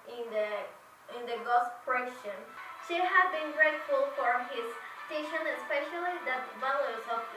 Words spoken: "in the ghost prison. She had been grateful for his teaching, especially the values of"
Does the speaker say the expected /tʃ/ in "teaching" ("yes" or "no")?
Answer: no